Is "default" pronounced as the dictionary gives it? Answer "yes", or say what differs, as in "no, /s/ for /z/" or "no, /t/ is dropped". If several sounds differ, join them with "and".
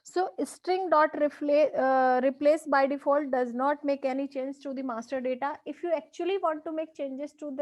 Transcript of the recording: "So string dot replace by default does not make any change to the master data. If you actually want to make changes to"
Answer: yes